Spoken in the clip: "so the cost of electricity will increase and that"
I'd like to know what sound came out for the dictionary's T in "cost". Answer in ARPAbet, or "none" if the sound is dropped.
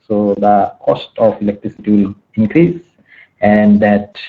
T